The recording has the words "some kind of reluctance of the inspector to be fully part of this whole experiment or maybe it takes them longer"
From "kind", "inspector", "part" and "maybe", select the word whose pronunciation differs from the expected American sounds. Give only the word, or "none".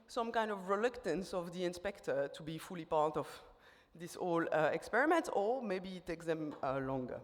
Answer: none